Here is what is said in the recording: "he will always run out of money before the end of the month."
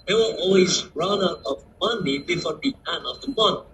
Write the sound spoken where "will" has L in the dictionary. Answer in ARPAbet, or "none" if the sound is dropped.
N